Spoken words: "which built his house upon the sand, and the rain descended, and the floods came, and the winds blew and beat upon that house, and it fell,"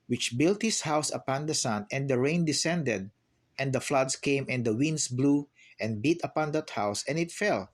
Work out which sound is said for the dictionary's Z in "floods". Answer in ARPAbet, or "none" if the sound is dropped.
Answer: S